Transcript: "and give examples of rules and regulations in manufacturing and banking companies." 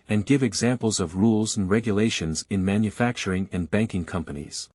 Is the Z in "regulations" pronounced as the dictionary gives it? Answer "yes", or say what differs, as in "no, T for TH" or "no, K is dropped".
yes